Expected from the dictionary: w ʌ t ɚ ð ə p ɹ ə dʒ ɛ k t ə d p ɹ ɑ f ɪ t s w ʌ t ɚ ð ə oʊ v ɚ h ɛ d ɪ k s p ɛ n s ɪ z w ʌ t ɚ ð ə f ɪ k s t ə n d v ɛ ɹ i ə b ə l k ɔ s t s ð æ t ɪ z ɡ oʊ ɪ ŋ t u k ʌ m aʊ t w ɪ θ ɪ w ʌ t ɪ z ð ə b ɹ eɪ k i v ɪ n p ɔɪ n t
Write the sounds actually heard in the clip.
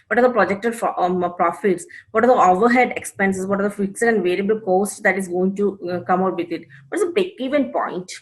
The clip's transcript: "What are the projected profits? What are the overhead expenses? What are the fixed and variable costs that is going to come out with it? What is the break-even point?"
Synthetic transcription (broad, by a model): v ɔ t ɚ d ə p ɹ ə dʒ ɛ k t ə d p ɹ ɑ f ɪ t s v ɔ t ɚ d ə oʊ v ɚ h ɛ d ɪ k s p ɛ n s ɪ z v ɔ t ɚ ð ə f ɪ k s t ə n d v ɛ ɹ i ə b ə l k ɔ s t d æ t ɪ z ɡ oʊ ɪ ŋ t u k ʌ m aʊ t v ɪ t ɪ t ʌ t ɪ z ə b eɪ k i v ɪ n p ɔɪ n t